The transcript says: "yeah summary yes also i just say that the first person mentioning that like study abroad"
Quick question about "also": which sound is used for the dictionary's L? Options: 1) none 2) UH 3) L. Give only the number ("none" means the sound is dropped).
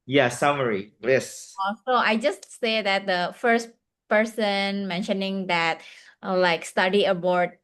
1